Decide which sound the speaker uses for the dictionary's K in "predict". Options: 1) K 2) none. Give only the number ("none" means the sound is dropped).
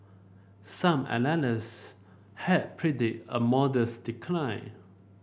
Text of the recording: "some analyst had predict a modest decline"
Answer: 2